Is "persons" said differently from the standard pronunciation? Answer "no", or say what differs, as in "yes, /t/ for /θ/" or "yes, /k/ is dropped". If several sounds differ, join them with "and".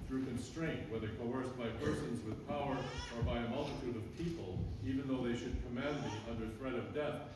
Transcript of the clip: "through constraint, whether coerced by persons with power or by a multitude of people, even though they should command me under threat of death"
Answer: no